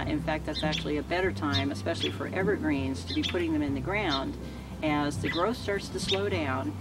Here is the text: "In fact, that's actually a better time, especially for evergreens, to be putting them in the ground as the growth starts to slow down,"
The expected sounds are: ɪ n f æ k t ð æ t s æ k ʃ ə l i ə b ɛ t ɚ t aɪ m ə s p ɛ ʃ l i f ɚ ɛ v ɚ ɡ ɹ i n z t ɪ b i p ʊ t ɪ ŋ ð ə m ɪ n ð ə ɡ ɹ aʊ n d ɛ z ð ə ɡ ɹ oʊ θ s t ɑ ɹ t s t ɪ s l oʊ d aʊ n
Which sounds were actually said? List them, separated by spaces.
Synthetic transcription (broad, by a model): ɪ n f æ k t ð æ t s æ k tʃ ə l i ə b ɛ t ɚ t aɪ m ə s p ɛ ʃ l i f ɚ ɛ v ɚ ɡ ɹ i n z t ɪ b i p ʊ t ɪ ŋ ð ə m ɪ n ð ə ɡ ɹ aʊ n d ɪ z ð ə ɡ ɹ oʊ θ s t ɑ ɹ t s t ɪ s l oʊ d aʊ n